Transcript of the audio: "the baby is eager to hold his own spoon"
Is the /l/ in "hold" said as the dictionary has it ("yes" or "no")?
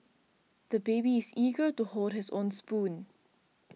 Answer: no